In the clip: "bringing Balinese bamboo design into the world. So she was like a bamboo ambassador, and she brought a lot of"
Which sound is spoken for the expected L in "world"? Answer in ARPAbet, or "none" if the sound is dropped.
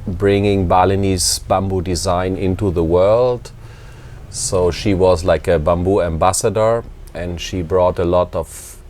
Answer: L